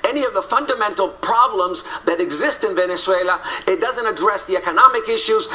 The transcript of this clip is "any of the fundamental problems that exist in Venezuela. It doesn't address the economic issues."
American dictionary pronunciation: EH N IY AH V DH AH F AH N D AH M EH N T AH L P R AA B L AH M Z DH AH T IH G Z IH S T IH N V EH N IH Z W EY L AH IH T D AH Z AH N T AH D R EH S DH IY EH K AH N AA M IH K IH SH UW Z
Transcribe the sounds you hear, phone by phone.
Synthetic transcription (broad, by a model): EH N IY AH V DH AH F AH N D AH M EH N T L P R AA B L AH M Z DH AH T IH G Z IH S T IH N V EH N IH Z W EY L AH IH T D AH Z AH N T AH D R EH S DH IY EH K AH N AA M IH K IH SH UW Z